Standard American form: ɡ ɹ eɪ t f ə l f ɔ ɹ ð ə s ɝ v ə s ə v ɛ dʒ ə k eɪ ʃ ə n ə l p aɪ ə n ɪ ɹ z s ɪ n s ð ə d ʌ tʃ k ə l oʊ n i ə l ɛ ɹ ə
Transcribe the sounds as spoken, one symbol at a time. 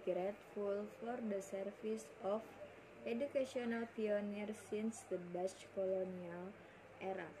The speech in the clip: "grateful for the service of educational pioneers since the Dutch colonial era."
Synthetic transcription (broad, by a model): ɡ ɹ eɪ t f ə l f ɔ ɹ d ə s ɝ f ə s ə f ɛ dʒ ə k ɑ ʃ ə n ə l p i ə n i ɹ s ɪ n s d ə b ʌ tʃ k ə l oʊ n i ə l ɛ ɹ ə